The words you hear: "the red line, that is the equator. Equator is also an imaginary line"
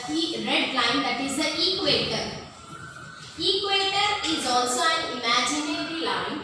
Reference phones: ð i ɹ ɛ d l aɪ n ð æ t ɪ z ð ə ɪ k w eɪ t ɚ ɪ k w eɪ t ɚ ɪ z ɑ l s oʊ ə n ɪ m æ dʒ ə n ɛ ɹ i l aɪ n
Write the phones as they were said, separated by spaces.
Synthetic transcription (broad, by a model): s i ɹ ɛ d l aɪ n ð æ t ɪ z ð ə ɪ k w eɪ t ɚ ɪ k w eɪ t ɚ ɪ z ɑ l s oʊ ə n ɪ m æ dʒ ə n ɛ ɹ i l aɪ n